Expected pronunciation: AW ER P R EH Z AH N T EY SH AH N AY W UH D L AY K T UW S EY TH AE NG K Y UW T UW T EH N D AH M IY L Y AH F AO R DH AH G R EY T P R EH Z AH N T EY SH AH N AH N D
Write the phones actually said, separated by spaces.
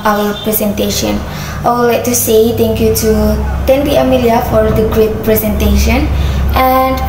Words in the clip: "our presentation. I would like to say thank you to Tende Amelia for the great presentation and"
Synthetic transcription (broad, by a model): AW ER P R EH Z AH N T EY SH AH N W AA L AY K T UW S EY T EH NG K Y UW T UW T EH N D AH M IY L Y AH F AO R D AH G R EY T P R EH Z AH N T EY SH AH N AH N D